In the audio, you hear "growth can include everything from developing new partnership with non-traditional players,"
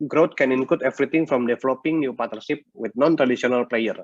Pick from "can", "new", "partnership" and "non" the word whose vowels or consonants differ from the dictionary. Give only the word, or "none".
partnership